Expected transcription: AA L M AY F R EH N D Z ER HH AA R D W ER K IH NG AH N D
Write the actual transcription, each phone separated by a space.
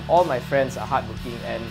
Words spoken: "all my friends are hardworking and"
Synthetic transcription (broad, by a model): AA L M AY F R EH N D S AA HH AA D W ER K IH NG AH N